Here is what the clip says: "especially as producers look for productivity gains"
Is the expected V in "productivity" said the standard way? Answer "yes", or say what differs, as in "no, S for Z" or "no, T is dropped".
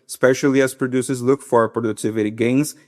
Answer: yes